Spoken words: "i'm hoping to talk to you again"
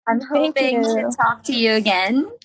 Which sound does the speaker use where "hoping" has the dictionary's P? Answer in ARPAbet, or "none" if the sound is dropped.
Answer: none